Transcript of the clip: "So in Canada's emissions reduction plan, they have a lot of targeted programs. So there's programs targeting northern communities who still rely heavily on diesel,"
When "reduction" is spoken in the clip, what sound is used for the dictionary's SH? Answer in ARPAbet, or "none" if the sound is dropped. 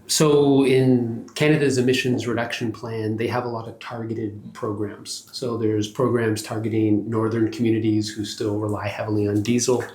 SH